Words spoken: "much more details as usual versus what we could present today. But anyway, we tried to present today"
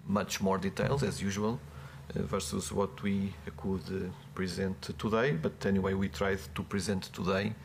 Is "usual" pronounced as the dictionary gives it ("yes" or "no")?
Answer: yes